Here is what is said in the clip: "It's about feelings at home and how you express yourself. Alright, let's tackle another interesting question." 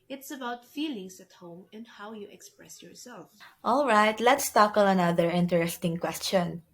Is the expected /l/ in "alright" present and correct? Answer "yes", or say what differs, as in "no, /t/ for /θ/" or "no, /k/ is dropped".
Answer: yes